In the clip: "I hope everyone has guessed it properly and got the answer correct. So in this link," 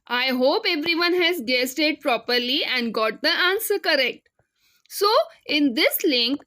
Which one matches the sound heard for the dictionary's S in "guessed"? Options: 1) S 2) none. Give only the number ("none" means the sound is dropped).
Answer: 1